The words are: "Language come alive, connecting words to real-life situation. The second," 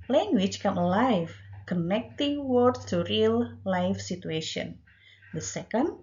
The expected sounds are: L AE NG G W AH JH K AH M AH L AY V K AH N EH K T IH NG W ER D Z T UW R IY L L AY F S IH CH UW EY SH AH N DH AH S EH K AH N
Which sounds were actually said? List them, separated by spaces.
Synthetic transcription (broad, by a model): L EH NG G W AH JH K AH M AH L AY F K AH N EH K T IH NG W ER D T UW R IY L L AY F S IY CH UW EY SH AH N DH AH S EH K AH N